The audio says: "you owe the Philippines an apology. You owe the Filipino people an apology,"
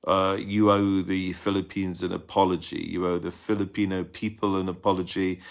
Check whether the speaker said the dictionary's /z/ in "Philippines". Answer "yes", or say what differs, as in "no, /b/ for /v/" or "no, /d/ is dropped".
yes